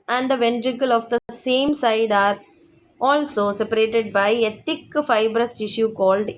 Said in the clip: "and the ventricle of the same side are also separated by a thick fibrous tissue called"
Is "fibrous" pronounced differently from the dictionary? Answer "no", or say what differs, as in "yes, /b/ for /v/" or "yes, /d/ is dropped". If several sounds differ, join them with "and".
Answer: no